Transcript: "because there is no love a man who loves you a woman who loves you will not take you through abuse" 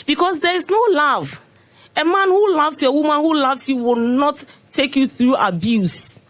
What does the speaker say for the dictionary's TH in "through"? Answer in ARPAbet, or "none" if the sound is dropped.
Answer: TH